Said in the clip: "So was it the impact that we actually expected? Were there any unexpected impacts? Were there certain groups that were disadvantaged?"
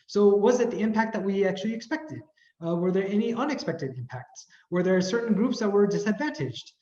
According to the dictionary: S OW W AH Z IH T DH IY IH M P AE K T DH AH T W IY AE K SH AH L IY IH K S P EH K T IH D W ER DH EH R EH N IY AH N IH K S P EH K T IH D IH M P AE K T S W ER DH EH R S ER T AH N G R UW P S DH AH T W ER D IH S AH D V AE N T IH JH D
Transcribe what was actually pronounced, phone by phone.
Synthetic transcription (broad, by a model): S OW W AH Z IH T DH IY IH M P AE K T DH AH T W IY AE K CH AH L IY IH K S P EH K T IH D W ER DH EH R EH N IY AH N IH K S P EH K T IH D IH M P AE K T S W ER DH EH R S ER T N G R UW P S DH AH T W ER D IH S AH D V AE N T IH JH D